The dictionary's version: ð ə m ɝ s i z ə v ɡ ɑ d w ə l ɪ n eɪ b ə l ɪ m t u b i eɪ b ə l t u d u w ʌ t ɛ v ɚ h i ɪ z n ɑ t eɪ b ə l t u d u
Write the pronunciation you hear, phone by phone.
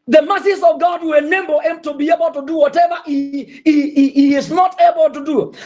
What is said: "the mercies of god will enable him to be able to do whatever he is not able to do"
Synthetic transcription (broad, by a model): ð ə m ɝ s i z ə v ɡ ɑ d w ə n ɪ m b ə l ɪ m t u b i eɪ b ə l t u d u w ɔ t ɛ v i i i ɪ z n ɑ t eɪ b ə l t u d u